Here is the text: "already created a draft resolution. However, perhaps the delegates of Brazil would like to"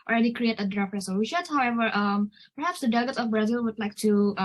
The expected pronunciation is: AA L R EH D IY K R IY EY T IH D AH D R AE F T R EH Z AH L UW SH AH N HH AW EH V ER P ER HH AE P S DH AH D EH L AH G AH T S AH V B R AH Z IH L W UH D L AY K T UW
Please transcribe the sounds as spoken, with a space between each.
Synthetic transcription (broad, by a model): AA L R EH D IY K R IY EY T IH AH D R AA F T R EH S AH W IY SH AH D HH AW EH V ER P ER HH AE P S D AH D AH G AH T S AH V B R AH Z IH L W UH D L AY K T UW